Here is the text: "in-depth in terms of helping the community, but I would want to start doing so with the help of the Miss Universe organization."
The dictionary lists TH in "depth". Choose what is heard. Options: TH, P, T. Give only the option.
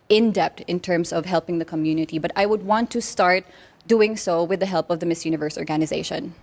T